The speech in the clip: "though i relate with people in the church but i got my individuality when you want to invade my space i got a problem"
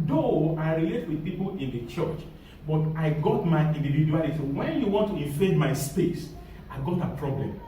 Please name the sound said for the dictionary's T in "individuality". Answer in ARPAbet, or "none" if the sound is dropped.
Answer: S